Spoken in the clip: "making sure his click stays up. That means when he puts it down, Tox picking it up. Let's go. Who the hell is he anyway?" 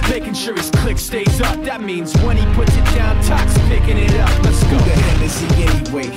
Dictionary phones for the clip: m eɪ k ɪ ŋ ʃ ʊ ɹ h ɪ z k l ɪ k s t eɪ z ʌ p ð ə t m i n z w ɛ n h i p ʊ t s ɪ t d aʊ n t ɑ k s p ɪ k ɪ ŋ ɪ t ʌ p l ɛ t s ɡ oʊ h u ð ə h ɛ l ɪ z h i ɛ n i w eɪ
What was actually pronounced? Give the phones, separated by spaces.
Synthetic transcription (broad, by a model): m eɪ k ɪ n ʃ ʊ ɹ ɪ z k l ɪ k s t eɪ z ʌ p ð ə t m i n z w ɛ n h i p ʊ t s ɪ t d aʊ n t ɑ k s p ɪ k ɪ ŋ ɪ t ʌ p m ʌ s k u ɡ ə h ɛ n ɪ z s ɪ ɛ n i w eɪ